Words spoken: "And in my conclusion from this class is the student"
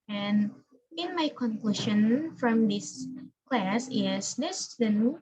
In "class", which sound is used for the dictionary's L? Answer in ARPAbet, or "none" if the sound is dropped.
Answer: L